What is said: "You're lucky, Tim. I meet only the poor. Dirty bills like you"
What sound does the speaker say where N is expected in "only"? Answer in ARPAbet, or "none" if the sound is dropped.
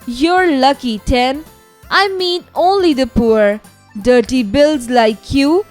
N